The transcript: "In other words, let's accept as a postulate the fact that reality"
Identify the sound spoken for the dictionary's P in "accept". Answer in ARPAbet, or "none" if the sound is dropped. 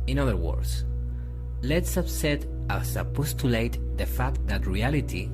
none